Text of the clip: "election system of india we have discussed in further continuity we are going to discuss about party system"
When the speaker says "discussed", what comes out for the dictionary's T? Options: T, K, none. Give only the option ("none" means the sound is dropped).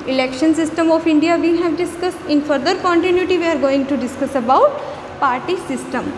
T